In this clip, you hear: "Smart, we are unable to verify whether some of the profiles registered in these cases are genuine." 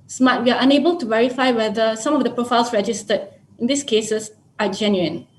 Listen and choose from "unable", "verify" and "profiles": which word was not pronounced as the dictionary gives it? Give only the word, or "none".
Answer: profiles